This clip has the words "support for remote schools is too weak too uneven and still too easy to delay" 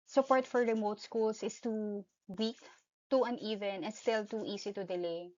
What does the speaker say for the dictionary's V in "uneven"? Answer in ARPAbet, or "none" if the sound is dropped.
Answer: V